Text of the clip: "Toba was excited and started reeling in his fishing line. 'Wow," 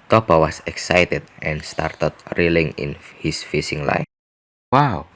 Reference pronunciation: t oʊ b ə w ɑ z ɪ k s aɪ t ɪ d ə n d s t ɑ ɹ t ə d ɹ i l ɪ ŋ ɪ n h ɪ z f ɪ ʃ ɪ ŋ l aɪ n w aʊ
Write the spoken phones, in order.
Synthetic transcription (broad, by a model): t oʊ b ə w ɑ s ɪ k s aɪ t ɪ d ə n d s t ɑ ɹ t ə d ɹ i l ɪ ŋ ɪ n h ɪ s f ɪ s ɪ ŋ l aɪ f w aʊ